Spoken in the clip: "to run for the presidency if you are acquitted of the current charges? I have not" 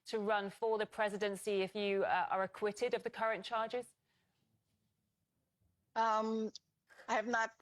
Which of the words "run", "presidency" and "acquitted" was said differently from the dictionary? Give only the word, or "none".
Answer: none